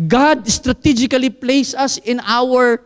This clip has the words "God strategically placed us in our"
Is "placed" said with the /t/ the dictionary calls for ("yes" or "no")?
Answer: no